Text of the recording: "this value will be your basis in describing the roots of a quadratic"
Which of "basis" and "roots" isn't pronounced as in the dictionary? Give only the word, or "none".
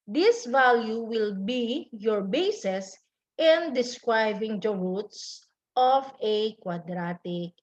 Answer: none